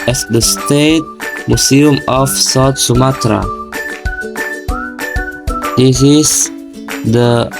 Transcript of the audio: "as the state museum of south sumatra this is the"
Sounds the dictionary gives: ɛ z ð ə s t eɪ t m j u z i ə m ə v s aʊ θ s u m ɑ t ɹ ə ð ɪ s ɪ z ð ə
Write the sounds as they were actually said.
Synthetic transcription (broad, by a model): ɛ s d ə s t eɪ t m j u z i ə m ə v s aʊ t s u m ɑ t ɹ ə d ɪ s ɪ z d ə